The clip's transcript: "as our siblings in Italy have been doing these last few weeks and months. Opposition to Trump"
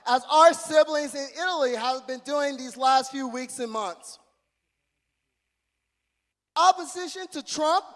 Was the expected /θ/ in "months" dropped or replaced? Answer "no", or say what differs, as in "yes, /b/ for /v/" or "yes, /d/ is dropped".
no